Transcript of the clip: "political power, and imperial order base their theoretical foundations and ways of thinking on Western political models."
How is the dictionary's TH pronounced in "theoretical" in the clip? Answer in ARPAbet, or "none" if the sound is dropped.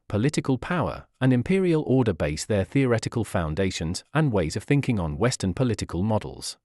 TH